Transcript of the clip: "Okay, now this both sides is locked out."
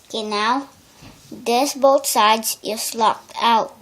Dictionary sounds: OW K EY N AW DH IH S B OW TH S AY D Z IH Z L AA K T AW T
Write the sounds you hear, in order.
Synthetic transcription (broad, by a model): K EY N AW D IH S B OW T S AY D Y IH S L AA K T AW T